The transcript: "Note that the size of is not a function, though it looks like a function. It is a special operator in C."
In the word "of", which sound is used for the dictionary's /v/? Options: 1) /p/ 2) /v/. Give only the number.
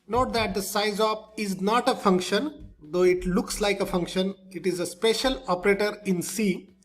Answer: 1